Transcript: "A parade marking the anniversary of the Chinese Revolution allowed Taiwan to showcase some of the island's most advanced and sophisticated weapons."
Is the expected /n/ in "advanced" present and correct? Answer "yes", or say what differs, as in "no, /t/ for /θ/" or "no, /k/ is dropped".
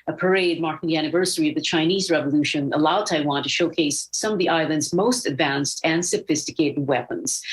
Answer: yes